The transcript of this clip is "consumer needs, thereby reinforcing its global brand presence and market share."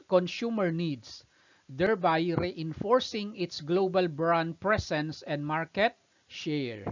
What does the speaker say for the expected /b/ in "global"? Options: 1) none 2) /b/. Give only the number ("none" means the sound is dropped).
2